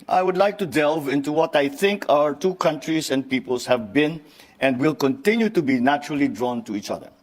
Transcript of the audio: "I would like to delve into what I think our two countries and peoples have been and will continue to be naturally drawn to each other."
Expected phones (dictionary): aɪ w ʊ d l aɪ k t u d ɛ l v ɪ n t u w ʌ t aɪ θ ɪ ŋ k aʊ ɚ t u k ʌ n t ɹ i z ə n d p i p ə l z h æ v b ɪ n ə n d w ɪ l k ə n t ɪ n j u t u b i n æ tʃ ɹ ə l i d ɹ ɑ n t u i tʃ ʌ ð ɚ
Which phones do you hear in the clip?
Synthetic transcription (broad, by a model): aɪ w ʊ d l aɪ k t u d ɛ l v ɪ n t u w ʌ t aɪ θ ɪ ŋ k aʊ ɚ t u k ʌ n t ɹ i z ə n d p i p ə l s h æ v b ɪ n ə n d w ɪ l k ə n t ɪ n j u t u b i n æ tʃ ɹ ə l i d ɹ ɑ n t u i tʃ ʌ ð ɚ